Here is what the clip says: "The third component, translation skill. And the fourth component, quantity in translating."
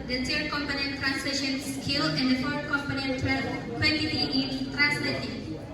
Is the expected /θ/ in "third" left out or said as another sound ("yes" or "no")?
yes